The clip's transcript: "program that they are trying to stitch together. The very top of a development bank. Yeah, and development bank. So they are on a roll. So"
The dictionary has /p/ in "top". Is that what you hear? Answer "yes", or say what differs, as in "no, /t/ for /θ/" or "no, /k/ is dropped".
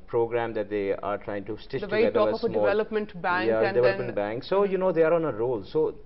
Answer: no, /p/ is dropped